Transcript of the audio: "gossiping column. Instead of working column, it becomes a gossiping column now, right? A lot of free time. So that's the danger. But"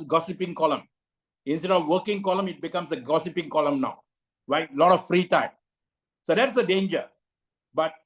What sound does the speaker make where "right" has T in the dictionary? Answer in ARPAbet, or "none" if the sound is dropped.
none